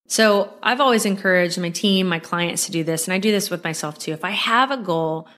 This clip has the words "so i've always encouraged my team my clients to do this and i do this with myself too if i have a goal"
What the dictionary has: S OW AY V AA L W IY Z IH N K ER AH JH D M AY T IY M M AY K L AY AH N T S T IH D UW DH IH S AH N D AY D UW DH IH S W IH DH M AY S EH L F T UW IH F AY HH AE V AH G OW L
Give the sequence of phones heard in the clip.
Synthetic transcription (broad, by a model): S OW AY V AA L W IY Z IH N K ER AH JH D M AY T IY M M AY K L AY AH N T S T IH D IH DH IH S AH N AY D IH DH IH S W IH DH M AY S EH L F T UW IH F AY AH V AH G OW L